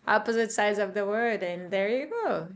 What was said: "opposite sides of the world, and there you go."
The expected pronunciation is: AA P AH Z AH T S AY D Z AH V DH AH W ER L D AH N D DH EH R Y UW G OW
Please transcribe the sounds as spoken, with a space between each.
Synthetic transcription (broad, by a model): AA P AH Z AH T S AY D Z AH V DH AH W ER D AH N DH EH R Y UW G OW